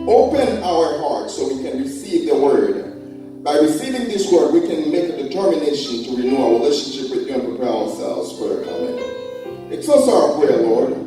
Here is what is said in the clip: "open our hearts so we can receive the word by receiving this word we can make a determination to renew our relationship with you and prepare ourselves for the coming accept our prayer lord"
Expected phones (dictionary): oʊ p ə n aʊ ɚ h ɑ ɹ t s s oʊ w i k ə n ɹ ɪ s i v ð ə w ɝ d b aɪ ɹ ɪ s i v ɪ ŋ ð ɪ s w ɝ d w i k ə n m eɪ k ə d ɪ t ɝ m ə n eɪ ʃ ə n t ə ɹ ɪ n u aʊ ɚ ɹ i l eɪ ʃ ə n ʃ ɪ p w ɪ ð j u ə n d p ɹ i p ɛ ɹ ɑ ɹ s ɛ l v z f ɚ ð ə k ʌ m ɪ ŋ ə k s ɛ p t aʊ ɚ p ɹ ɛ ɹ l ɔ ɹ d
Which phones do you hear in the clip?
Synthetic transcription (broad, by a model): oʊ p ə n aʊ ɚ h ɑ ɹ t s s oʊ w i k ə n ɹ ɪ s i v ð ə w ɝ d b aɪ ɹ ɪ s i v ɪ ŋ ð ɪ s w ɝ d w i k ə n m eɪ k ə d ɪ t ɝ m ə n eɪ ʃ ə n t ə ɹ ɪ n u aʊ ɹ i l eɪ ʃ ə n ʃ ɪ p w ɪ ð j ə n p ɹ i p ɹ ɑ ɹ s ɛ l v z f ɚ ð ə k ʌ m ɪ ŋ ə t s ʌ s aʊ ɚ p ɹ ɛ ɹ l ɔ ɹ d